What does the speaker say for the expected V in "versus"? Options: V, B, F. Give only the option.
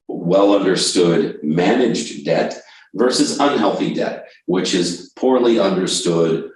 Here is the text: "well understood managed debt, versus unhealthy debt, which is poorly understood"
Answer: V